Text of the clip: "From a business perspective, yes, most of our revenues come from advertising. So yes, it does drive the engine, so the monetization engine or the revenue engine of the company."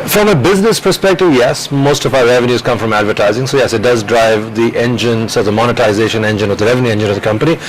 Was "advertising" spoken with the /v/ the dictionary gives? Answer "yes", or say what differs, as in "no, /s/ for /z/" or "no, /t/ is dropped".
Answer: yes